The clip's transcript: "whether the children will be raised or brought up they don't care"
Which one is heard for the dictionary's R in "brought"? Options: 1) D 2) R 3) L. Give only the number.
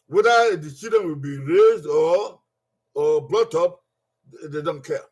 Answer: 3